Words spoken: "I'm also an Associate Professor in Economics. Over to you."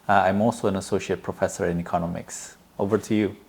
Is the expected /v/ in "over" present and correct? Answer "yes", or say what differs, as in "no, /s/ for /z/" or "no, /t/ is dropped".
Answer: yes